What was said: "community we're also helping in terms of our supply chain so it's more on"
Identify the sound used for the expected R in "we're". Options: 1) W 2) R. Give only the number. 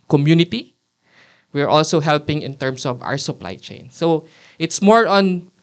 2